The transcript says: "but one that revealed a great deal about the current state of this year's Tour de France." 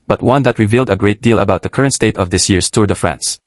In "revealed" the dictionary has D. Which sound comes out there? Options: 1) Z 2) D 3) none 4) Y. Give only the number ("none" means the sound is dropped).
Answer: 2